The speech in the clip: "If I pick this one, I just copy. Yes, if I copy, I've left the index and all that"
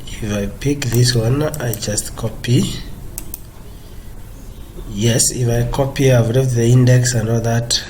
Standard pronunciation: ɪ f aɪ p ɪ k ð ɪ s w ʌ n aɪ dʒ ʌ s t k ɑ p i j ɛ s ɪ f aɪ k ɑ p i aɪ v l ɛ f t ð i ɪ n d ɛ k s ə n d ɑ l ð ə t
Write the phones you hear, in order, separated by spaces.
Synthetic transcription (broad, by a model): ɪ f aɪ p ɪ k ð ɪ s w ʌ n aɪ dʒ ʌ s t k ɑ p i j ɛ s ɪ f aɪ k ɑ p i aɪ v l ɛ t ð i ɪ n d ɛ k s ə n d ɑ l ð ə t